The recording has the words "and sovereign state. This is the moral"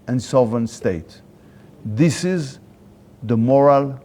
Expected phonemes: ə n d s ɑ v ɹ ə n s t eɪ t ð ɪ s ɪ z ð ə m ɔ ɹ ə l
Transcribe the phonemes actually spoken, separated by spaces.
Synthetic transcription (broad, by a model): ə n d s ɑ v ə n s t eɪ t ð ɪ s ɪ z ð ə m ɔ ɹ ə l